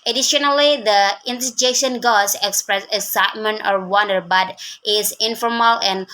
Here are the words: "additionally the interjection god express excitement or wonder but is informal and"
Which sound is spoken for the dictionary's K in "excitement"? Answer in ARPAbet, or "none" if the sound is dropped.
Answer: none